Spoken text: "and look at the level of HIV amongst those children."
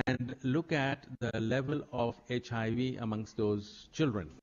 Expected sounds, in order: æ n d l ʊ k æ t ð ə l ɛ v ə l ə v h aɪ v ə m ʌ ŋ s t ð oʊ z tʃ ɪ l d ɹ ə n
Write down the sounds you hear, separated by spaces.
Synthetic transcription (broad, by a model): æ n d l ʊ k æ t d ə l ɛ v ə l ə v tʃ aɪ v ə m ʌ ŋ s t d oʊ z tʃ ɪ l d ɹ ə n